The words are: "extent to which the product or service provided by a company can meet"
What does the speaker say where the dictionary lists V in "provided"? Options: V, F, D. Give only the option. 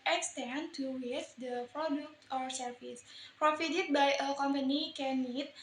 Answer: F